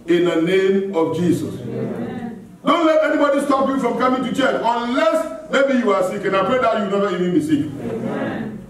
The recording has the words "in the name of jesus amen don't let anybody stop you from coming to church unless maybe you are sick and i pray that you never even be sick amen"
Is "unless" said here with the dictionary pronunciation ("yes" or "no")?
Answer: yes